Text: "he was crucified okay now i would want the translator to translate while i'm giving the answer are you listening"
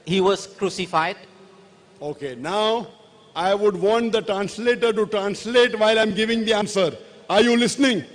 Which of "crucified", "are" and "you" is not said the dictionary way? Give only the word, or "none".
none